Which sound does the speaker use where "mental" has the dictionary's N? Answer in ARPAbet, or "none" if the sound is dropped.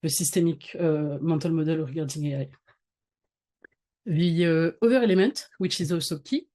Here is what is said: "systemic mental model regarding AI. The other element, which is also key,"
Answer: none